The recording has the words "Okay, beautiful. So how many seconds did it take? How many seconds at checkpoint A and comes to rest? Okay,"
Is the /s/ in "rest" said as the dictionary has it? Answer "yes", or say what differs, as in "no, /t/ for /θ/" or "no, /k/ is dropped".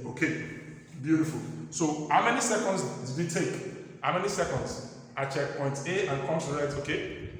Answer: no, /s/ is dropped